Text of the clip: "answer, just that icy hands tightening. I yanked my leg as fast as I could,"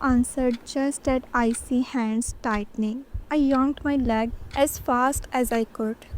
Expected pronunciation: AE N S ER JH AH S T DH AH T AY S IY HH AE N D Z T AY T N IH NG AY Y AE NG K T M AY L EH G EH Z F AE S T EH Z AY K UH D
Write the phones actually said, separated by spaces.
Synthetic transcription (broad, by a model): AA N S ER JH AH S T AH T AY S IY HH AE N D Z T AY T N IH NG AY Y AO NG T M AY L EH G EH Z F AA S T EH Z AY K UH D